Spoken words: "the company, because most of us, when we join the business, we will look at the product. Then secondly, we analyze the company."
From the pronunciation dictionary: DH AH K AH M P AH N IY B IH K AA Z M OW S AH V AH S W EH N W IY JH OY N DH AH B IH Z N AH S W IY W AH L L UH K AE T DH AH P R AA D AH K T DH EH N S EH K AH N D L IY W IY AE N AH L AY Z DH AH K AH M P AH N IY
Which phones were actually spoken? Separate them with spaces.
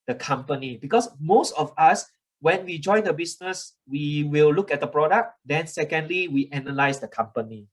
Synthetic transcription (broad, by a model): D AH K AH M P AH N IY B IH K AA S M OW S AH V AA S W EH N W IY JH OY N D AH B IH S N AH S W IY W AH L L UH K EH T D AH P R AA D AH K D EH N S EH K AH N D L IY W IY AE N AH L AY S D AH K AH M P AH N IY